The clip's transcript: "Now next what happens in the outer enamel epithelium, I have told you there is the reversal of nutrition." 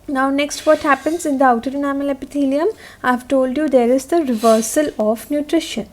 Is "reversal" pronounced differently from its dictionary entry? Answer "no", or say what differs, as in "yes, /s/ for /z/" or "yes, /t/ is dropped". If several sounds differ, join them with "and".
no